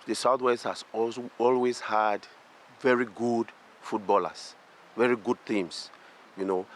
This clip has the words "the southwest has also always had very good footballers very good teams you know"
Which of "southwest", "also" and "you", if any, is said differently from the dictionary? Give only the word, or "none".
also